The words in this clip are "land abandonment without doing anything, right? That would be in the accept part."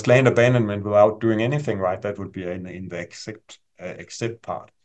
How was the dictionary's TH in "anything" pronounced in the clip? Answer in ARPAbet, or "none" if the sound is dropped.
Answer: TH